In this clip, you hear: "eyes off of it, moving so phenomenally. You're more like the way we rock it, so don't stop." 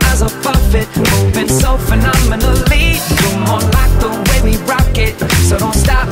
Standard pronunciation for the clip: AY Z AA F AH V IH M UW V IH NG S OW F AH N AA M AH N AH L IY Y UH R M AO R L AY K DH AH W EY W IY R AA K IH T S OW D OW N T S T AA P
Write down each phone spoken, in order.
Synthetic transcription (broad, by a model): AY Z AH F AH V IH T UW B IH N S OW F AH N AA M AH N AH L IY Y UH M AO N L AY K DH AH W EY W IY R AA K IH T S OW D OW N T S T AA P